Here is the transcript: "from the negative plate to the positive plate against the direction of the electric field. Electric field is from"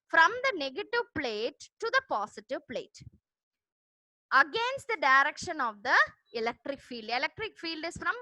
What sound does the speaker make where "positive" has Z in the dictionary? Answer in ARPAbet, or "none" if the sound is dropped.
S